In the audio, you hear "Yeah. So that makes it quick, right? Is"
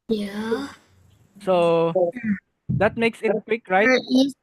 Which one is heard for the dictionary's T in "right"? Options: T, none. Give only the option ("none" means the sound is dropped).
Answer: none